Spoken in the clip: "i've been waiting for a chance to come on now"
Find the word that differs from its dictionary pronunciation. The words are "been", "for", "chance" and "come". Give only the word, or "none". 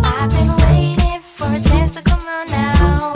chance